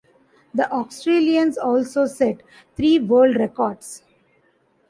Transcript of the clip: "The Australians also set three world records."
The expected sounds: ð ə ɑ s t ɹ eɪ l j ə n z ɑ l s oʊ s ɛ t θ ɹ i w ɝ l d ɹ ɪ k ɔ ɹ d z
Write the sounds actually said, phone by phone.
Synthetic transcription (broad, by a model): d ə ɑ s t ɹ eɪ l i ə n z ɑ l s oʊ s ɛ t t ɹ i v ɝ l d ɹ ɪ k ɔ ɹ d s